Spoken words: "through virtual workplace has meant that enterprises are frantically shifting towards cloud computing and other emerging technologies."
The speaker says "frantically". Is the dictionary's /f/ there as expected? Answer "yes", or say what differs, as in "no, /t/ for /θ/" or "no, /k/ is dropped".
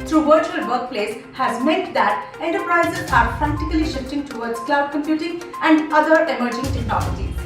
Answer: no, /p/ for /f/